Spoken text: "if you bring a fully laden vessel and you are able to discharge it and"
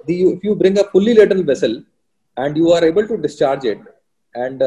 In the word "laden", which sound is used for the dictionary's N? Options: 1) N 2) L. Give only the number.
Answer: 2